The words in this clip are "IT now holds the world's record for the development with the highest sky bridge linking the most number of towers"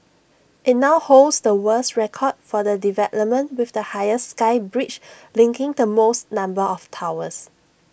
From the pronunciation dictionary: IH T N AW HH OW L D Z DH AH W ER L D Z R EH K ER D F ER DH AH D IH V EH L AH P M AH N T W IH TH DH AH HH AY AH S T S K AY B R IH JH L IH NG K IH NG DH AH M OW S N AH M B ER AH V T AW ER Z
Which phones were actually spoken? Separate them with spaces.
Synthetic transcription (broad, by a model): IH T N AW HH OW L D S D AH W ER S R EH K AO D F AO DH AH D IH V EH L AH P M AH N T W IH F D AH HH AY AH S S K AY B R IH CH L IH NG K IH NG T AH M OW S N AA M B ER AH F T AW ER S